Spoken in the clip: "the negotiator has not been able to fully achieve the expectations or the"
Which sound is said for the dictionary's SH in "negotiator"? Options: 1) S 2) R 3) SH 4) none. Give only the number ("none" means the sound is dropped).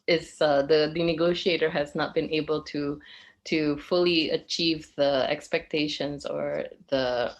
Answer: 3